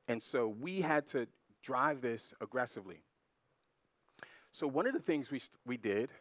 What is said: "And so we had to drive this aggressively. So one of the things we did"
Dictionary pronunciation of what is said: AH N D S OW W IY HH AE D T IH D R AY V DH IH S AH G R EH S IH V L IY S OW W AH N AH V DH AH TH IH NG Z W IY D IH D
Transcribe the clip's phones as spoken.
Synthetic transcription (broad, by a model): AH N S OW W IY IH D T IH D R AY V DH IH S AH G R EH S IH V L IY S OW W AH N AH V DH AH TH IH NG Z W IY D IH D